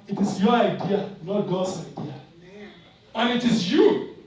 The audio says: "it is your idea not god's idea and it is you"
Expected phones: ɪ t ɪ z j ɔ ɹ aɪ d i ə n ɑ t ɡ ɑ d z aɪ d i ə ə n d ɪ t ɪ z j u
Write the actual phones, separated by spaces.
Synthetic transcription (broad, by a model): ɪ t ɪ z j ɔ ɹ aɪ d i ə l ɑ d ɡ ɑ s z aɪ d i ə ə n ɪ t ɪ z j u